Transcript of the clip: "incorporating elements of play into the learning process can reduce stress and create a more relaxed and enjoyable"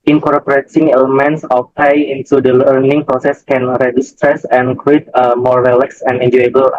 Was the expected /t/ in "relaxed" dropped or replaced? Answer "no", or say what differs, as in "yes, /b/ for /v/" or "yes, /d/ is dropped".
yes, /t/ is dropped